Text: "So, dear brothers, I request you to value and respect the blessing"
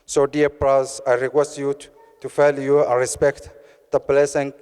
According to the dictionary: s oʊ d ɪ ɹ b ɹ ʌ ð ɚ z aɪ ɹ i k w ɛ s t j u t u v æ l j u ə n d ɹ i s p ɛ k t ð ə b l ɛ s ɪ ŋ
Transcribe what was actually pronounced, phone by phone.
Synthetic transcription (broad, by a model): s oʊ d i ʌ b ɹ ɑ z aɪ ɹ i k w ɛ s t j u t u f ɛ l j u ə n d ɹ i s p ɛ k t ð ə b l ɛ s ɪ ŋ